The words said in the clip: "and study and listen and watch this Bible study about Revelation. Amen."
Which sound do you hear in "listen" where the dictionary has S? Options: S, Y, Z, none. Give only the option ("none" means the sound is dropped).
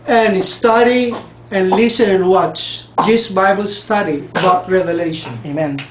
none